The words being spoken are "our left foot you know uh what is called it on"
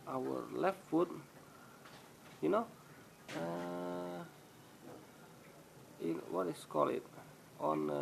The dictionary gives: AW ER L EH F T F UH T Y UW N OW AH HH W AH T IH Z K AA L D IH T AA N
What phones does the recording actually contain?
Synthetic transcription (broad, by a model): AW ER L EH F T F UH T Y UW N OW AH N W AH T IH S K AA L IH T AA N